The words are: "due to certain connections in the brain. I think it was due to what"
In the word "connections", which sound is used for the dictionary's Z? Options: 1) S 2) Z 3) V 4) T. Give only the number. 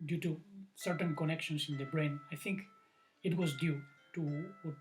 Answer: 1